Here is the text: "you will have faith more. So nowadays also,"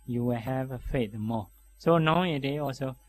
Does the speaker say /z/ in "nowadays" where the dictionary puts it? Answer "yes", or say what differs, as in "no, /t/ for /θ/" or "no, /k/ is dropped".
no, /z/ is dropped